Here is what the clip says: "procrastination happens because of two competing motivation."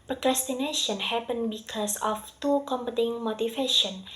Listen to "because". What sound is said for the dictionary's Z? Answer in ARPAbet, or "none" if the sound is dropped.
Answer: S